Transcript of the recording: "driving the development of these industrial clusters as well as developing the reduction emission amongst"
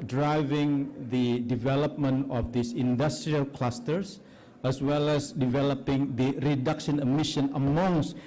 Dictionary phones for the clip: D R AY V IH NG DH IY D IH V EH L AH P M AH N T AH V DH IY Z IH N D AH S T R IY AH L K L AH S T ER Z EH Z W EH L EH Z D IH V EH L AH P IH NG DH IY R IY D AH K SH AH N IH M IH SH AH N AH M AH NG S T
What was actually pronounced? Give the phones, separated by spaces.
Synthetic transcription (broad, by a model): D R AY V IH NG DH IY D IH V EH L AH P M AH N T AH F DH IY S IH N D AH S T R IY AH L K L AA S T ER S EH S W EH L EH S D IH V EH L AH P IH NG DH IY R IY D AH K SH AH N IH M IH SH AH N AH M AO NG S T